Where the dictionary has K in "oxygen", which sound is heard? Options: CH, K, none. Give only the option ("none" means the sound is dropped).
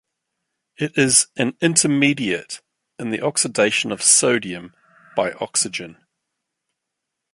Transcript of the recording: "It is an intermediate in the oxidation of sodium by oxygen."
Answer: K